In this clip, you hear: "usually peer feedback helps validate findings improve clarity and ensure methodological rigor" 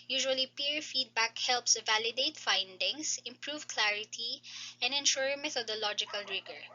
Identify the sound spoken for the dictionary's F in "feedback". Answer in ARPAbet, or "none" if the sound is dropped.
F